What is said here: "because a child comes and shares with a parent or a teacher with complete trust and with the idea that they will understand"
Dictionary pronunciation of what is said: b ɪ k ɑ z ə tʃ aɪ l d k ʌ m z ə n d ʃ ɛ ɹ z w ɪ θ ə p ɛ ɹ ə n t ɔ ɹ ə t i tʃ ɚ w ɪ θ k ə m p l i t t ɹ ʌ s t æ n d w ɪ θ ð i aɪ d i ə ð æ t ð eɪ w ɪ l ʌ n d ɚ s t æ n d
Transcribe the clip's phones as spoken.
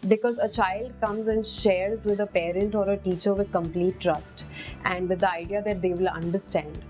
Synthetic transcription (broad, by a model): b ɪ k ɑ z ə tʃ aɪ l d k ʌ m z ə n d ʃ ɛ ɹ z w ɪ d ə p ɛ ɹ ə n t ɔ ɹ ə t i tʃ ɚ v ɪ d k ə m p l i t t ɹ ʌ s t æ n d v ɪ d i aɪ d i ə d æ t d eɪ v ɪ l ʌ n d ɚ s t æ n d